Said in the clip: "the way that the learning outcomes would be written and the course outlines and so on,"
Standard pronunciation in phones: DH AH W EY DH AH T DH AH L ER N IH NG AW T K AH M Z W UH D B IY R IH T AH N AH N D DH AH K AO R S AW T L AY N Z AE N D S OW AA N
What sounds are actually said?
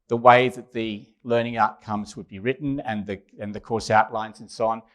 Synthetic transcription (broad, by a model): DH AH W EY DH AH T DH AH L ER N IH NG AW T K AH M Z W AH D B IY R IH T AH N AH N DH AH K AO R S AW T L AY N Z N S OW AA N